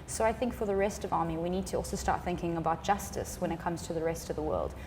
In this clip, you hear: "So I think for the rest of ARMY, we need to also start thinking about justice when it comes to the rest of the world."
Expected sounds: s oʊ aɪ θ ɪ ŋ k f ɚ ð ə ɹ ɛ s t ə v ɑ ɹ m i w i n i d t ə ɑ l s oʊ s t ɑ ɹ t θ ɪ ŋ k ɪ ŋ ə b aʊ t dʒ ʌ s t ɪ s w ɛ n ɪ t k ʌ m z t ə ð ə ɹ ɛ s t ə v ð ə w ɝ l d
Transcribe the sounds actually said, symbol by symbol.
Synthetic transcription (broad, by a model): s oʊ aɪ θ ɪ ŋ k f ɚ ð ə ɹ ɛ s t ə v ɑ ɹ m i w i n i d t ə ɑ l s oʊ s t ɑ ɹ t θ ɪ ŋ k ɪ ŋ ə b aʊ t dʒ ʌ s t ɪ s w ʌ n ɪ t k ʌ m z t ə ð ə ɹ ɛ s t ə v ð ə w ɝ l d